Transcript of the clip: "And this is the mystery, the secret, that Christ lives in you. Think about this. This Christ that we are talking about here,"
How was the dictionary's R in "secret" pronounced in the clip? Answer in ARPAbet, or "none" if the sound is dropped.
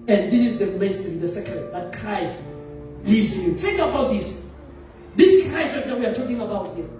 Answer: none